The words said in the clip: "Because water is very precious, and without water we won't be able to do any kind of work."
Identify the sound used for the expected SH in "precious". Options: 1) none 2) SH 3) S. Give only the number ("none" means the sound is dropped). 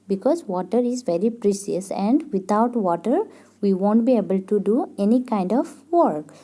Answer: 3